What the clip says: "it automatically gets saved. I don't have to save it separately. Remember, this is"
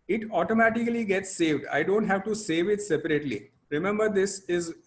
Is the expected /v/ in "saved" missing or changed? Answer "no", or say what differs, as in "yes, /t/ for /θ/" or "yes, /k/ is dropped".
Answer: no